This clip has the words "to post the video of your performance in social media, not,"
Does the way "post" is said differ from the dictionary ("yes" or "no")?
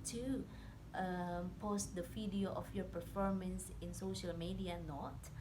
no